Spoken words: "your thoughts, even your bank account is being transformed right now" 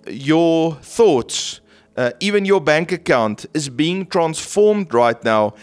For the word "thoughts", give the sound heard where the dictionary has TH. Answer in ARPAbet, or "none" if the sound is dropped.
TH